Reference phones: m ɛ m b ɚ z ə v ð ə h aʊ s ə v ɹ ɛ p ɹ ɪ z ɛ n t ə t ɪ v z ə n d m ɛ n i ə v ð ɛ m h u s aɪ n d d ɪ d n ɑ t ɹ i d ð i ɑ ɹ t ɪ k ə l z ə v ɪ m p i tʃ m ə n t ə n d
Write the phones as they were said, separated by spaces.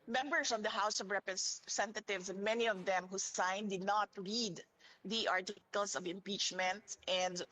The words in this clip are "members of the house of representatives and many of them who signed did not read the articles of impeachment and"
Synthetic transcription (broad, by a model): m ɛ m b ɚ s ə v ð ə h aʊ s ə v ɹ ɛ p ɹ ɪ s ɛ n t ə t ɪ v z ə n m ɛ n i ə v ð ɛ m h u s aɪ n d d ɪ d n ɑ t ɹ i d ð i ɑ ɹ t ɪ k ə l s ə v ɪ m p i tʃ m ə n t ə n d